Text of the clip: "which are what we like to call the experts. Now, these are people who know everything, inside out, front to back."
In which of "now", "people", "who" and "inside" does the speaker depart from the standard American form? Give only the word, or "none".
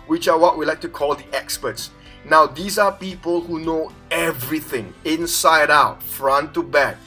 none